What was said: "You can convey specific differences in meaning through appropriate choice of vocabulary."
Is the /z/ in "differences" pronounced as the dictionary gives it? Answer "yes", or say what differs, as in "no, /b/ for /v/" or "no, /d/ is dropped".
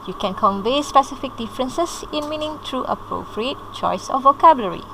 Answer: no, /s/ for /z/